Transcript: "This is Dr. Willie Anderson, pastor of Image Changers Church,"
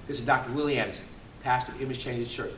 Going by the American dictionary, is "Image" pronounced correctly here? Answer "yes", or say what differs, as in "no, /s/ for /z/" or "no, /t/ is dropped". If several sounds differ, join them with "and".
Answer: no, /z/ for /dʒ/